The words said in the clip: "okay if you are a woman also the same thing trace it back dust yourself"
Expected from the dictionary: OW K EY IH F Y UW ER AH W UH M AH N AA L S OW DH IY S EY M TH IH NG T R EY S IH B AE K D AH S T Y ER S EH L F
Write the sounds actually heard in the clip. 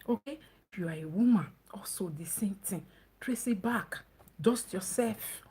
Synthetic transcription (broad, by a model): OW K EY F Y UW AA AH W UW M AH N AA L S OW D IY S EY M T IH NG T R EY S IH B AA K D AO S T Y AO S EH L F